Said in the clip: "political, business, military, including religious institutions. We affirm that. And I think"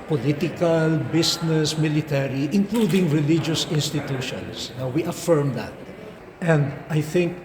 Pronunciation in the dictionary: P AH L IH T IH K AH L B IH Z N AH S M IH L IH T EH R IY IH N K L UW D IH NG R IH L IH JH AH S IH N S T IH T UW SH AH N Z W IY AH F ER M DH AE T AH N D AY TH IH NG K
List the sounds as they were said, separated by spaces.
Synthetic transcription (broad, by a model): P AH L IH T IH K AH L B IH S N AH S M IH L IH T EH R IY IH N K L UW D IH NG R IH L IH JH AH S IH N S T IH T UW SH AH N S W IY AH F ER M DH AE T AH N D AY TH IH NG K